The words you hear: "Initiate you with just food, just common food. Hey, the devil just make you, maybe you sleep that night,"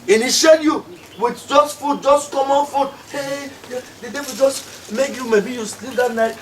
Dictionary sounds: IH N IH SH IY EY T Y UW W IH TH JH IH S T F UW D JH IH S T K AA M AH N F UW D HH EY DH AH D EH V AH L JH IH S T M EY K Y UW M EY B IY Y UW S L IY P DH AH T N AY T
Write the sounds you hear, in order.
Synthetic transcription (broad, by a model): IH N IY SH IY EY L Y UW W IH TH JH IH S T F UW D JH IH S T K AA M AH N F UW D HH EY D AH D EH W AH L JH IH S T M EY K Y UW M EY B IY Y UW S L IY P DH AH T N AY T